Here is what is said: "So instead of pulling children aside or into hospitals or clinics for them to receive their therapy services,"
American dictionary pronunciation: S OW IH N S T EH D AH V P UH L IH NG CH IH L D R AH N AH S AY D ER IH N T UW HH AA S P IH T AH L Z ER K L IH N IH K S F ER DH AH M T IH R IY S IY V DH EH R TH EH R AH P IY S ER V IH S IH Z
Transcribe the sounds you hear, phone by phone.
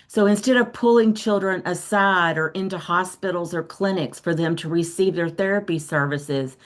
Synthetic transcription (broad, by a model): S OW IH N S T EH D AH V P UH L IH NG CH IH L D R AH N AH S AY D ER IH N T UW HH AA S P IH T L Z ER K L IH N IH K S F ER DH AH M T IH R IY S IY V DH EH R TH EH R AH P IY S ER V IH S IH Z